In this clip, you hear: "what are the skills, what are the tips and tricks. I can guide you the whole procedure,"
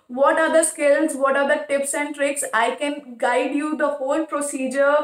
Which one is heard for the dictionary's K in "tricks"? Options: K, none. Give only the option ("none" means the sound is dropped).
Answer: K